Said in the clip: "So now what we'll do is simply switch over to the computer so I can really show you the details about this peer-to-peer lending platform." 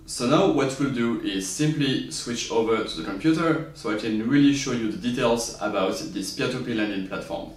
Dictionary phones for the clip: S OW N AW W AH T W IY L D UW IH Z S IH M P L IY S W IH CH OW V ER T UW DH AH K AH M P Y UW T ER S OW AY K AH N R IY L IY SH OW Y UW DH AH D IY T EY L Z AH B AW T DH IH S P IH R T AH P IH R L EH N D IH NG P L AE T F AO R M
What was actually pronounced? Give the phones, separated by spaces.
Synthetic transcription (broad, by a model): S OW N AW W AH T W IY L D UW IH Z S IH M P L IY S W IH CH OW V ER T UW DH AH K AH M P Y UW T ER S OW AY K AH N R IY L IY SH OW Y UW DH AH D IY T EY L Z AH B AW T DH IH S P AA T AH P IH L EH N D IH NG P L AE T F AO R M